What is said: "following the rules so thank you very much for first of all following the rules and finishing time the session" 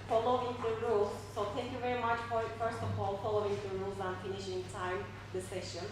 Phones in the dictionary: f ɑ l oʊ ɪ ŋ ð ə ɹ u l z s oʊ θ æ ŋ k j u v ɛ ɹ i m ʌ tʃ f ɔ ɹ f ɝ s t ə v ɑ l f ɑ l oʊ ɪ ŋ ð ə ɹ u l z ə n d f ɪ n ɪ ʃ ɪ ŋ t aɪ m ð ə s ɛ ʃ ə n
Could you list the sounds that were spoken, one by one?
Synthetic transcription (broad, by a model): f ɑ l oʊ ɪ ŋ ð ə ɹ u l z s oʊ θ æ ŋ k j u v ɛ ɹ i m ʌ tʃ p ɔ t f ɝ s t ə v ɑ l f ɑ l oʊ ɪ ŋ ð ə ɹ u l z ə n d f ɪ n ɪ ʃ ɪ ŋ t aɪ m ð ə s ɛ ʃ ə n